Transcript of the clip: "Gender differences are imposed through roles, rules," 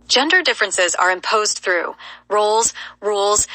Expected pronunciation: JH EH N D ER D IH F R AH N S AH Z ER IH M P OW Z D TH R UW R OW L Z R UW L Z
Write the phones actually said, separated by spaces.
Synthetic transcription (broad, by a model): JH EH N D ER D IH F R AH N S AH Z ER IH M P OW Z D TH R UW R OW L Z R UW L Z